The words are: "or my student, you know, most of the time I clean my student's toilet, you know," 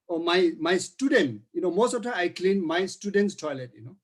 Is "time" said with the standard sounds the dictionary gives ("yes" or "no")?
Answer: no